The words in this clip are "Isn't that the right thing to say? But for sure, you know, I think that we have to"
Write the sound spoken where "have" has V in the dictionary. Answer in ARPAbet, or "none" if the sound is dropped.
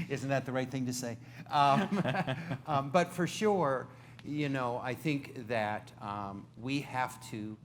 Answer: F